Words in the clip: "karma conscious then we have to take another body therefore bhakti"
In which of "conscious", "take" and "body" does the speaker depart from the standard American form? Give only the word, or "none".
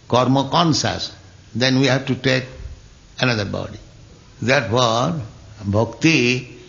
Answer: conscious